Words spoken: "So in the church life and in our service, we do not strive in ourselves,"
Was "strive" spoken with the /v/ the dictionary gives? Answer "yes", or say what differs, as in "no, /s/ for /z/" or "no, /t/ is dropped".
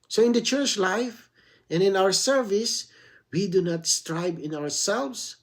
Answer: no, /b/ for /v/